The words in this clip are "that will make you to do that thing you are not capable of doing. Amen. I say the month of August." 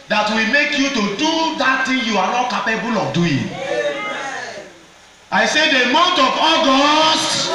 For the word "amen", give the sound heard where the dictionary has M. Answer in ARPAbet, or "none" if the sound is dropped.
none